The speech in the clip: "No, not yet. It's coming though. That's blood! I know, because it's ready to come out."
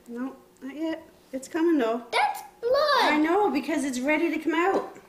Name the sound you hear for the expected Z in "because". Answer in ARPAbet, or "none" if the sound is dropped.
Z